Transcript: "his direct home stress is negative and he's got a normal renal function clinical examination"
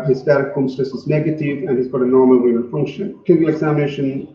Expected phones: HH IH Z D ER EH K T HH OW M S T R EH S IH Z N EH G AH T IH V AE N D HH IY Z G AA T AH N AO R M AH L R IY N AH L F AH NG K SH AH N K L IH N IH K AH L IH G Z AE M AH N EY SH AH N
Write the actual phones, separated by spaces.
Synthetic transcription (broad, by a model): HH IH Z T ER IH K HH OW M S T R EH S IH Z N EH G AH T IH V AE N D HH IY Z G AA T AH N AO R M AH L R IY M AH N F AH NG K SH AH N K IH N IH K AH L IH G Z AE M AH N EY SH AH N